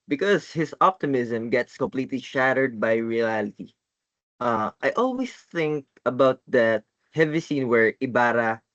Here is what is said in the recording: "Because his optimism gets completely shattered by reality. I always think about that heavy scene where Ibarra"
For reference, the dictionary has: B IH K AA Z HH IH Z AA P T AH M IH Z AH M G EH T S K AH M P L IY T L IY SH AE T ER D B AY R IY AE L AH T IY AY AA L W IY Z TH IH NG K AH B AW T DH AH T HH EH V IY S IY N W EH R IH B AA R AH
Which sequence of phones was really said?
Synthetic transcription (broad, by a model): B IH K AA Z HH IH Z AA P T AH M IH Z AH M G EH T S K AH M P L IY T L IY SH AE T ER D B AY R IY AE L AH T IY AY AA L W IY S TH IH NG K AH B AW T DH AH T HH EH V IY S IY N W EH R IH B AA R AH